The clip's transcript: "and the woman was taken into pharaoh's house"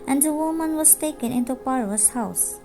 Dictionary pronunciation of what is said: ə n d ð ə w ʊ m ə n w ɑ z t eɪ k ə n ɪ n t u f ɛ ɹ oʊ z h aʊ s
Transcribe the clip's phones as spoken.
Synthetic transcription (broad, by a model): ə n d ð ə w ʊ m ə n w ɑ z t eɪ k ə n ɪ n t u p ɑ ɹ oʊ s h aʊ s